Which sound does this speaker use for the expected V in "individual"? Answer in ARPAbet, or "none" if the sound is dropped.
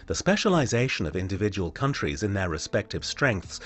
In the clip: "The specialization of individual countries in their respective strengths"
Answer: V